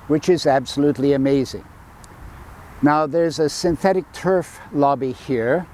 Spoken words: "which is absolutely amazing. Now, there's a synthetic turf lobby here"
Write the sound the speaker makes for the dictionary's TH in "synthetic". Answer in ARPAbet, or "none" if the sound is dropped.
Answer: TH